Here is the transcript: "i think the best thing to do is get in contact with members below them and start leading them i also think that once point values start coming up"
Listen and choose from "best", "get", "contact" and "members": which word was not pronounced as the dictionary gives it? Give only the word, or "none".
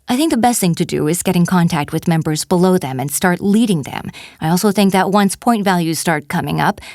none